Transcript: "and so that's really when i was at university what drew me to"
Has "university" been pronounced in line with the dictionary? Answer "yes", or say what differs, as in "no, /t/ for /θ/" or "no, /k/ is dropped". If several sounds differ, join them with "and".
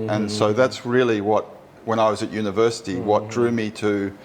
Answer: yes